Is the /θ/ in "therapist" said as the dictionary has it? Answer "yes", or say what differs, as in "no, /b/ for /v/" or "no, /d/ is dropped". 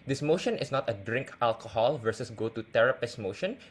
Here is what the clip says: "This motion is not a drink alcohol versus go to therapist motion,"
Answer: no, /t/ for /θ/